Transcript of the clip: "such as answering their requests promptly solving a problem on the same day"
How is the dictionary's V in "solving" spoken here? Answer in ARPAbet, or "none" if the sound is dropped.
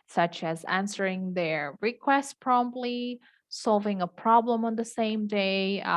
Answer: V